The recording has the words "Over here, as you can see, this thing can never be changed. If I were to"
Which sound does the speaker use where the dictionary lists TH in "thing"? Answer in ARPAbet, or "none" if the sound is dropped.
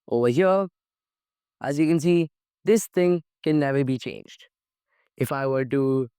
TH